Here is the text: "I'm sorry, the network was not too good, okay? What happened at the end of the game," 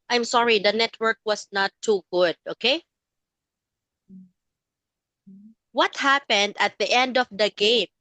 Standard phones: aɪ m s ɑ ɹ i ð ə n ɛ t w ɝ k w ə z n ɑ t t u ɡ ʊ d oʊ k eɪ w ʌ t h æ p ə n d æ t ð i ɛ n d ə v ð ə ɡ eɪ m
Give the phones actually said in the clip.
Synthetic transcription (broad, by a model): aɪ m s ɑ ɹ i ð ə n ɛ t w ɝ k w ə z n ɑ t t u ɡ ʊ d oʊ k eɪ w ʌ t h æ p ə n d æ t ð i ɛ n d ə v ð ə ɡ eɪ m